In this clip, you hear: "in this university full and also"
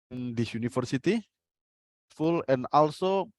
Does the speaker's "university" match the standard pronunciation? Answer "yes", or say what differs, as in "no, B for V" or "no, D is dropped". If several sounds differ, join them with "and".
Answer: no, F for V